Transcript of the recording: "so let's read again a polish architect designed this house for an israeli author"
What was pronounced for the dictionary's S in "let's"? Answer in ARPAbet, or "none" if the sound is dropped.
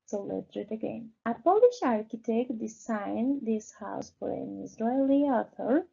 none